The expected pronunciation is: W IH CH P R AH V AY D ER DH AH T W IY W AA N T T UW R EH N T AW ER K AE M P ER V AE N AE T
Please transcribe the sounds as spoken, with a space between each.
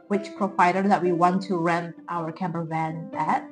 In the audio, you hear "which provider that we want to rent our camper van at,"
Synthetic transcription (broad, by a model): W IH CH P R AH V AY D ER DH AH T W IY W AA N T T UW R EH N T AW ER K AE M B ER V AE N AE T